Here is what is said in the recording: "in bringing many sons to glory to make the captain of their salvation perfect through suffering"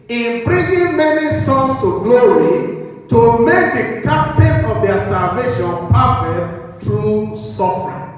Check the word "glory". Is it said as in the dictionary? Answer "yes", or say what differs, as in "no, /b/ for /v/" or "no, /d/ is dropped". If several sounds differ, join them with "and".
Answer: no, /w/ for /ɹ/